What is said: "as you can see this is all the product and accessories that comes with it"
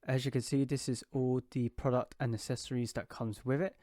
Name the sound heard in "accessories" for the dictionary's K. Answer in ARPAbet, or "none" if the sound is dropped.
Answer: none